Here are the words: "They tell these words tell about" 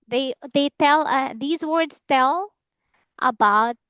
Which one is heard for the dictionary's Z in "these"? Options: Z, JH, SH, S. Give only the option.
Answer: Z